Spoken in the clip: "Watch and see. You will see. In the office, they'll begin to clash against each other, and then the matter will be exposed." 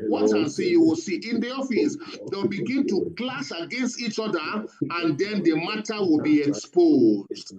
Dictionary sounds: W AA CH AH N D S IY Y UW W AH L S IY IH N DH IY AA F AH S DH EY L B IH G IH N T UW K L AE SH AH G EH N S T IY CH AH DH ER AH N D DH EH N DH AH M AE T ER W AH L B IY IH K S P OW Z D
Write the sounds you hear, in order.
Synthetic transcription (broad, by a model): W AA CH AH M S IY Y UW W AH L S IY IH N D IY AA F AH S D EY W B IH G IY N T UW K L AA S AH G EH N S T IY CH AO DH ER AH N D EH N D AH M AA T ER W AH L B IY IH K S P OW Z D